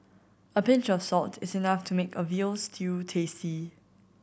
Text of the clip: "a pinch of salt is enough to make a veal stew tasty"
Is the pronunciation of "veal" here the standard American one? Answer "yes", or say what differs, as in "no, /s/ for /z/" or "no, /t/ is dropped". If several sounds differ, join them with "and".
yes